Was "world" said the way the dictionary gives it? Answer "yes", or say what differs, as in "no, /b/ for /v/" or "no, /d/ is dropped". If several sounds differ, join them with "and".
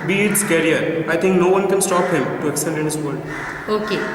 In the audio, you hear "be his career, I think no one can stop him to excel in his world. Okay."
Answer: no, /l/ is dropped